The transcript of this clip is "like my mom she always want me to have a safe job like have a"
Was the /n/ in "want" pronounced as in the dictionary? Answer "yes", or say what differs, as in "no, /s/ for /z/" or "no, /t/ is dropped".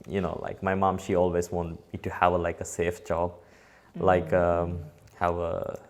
yes